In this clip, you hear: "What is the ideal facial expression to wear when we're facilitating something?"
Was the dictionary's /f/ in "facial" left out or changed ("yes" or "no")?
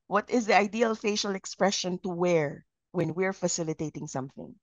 no